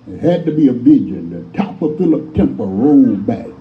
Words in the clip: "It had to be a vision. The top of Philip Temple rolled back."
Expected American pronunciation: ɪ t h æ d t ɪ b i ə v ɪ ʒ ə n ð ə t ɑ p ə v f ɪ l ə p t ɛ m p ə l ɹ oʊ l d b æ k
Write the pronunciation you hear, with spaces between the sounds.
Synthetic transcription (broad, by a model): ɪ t h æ d t ɪ b i ə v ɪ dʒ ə n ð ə t ɑ p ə f ɪ l ə p t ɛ m p ə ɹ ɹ oʊ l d b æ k